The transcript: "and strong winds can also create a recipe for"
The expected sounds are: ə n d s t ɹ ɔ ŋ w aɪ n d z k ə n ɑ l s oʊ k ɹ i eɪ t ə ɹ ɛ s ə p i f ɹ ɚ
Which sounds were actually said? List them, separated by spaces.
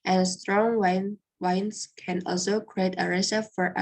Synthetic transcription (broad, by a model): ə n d s t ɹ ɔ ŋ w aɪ n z k ə n ɑ l s oʊ k ɹ i eɪ t ə ɹ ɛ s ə f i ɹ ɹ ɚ